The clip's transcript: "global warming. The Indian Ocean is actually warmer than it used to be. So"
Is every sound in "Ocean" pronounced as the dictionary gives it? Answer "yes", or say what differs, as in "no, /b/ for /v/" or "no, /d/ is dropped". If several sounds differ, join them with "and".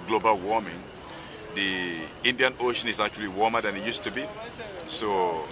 yes